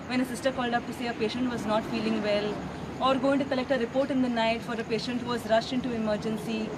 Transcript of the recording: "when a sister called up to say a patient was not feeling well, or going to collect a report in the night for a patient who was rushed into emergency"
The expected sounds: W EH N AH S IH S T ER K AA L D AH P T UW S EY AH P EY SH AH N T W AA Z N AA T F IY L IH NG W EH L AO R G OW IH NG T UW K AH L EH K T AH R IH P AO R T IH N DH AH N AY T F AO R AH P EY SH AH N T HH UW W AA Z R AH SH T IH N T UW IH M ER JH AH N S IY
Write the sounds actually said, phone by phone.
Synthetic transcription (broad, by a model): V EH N AH S IH S T ER K AA L D AH P T UW S EY AH P EY SH AH N T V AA Z N AA T F IY L IH NG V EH L AO R G OW IH NG T UW K AH L EH K T AH R IH P AO R T IH N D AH N AY T F AO R AH P EY SH AH N T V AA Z R AH SH T IH N T UW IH M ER JH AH N S IY